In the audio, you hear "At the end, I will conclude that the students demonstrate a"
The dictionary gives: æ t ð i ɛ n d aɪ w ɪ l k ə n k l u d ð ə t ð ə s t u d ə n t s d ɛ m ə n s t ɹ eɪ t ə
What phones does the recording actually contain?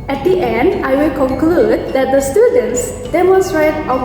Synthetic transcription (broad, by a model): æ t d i ɛ n d aɪ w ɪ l k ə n k l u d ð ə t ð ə s t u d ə n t s d ɛ m ə n s t ɹ eɪ t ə